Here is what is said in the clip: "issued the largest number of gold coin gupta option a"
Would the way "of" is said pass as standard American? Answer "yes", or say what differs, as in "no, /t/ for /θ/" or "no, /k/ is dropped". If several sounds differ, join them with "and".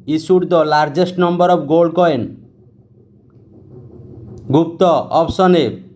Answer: no, /b/ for /v/